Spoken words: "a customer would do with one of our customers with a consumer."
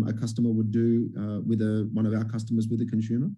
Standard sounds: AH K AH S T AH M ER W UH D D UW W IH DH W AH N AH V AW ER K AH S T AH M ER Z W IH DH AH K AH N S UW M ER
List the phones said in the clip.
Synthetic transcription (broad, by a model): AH K AH S T AH M ER W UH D D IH W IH DH W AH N AH V AW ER K AH S T AH M ER Z W IH DH AH K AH N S UW M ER